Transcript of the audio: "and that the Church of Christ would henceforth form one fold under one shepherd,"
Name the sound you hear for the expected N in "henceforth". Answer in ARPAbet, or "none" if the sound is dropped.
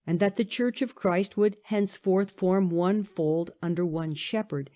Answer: N